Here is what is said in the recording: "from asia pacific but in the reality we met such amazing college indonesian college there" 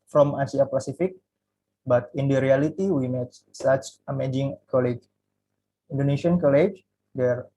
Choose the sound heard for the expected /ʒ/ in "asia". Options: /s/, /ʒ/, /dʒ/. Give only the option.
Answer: /s/